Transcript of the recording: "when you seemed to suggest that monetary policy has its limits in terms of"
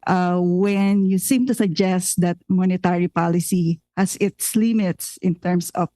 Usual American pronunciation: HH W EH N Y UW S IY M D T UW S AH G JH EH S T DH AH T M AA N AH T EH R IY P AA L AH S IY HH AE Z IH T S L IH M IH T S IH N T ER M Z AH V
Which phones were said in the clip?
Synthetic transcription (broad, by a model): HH W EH N Y UW S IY M T UW S AH G JH EH S T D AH T M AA N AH T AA R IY P AA L AH S IY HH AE S IH T S L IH M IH T S IH N T ER M S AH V